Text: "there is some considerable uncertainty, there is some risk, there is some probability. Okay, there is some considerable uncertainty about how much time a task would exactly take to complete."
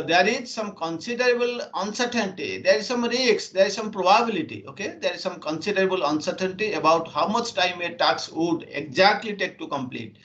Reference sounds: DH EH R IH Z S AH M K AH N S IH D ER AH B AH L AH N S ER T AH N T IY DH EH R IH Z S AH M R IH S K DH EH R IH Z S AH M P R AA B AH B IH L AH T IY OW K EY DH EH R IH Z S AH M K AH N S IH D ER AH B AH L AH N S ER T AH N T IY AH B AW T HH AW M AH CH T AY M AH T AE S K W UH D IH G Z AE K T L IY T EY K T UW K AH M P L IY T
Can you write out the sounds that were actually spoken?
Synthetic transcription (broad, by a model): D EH R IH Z S AH M K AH N S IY D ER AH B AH L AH N S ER T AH N T IY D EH R IH Z S AH M R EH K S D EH R IH Z S AH M P R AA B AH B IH L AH T IY OW K EY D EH R IH Z S AH M K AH N S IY D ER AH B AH L AH N S ER T AH N T IY AH B AW T HH AW M AH CH T AY M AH T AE K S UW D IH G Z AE K T L IY T EY K T UW K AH M P L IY T